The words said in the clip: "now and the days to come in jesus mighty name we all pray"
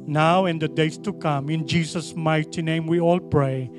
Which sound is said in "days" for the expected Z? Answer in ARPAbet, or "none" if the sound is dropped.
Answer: S